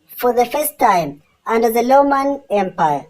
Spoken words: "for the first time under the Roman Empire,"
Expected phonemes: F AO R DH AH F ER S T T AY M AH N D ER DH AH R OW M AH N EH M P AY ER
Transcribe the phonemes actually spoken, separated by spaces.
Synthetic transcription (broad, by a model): F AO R DH AH F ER S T T AY M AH N D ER DH AH L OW M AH N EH M P AY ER